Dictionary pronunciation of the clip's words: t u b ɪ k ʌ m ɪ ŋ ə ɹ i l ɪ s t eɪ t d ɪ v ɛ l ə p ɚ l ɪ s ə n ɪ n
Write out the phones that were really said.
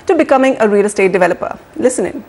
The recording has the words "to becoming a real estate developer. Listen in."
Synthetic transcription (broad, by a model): t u b ɪ k ʌ m ɪ ŋ ə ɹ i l s t eɪ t d ɪ v ɛ l ə p ɚ l ɪ s ə n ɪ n